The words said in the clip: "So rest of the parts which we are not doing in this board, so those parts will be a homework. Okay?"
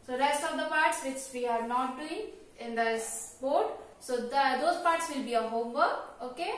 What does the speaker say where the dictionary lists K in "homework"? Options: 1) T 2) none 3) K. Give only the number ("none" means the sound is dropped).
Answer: 2